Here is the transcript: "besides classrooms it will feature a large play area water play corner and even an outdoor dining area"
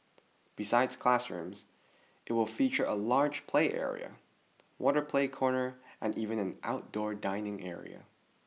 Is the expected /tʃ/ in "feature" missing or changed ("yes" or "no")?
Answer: no